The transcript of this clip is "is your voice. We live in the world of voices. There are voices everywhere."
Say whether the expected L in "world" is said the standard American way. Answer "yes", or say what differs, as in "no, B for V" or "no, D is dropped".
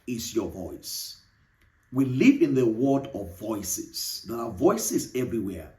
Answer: no, L is dropped